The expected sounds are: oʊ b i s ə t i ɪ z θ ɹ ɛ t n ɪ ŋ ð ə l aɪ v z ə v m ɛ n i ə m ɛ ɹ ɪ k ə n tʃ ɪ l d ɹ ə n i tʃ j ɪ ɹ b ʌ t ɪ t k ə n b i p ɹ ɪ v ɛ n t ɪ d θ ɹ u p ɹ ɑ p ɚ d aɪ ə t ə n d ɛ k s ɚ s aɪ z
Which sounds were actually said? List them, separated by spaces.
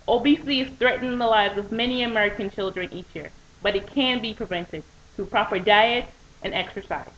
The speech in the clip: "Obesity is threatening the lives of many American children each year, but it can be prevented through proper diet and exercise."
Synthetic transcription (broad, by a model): oʊ b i s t i ɪ z θ ɹ ɛ t n ɪ ŋ ð ə l aɪ v z ə v m ɛ n i ə m ɛ ɹ ɪ k ə n tʃ ɪ l d ɹ ə n i tʃ j ɪ ɹ b ʌ t ɪ t k ə n b i p ɹ ɪ v ɛ n t ɪ d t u p ɹ ɑ p ɚ d aɪ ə t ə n ɛ k s ɚ s aɪ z